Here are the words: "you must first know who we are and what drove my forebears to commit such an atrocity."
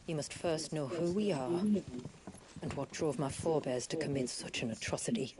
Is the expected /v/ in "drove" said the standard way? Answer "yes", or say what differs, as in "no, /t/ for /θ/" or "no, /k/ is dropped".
yes